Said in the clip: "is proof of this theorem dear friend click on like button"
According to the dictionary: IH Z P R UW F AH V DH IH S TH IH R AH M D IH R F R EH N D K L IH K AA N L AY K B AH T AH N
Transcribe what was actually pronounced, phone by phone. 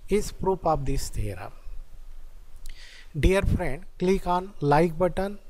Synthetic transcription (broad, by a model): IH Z P R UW P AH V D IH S T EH R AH D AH R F R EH N D K L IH K AA N L AY K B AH T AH N